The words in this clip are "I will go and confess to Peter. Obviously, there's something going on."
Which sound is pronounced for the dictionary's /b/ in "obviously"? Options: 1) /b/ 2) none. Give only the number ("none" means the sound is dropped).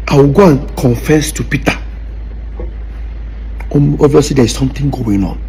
2